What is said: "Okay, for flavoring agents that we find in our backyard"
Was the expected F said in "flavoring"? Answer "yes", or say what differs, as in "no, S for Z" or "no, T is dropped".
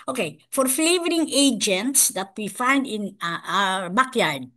yes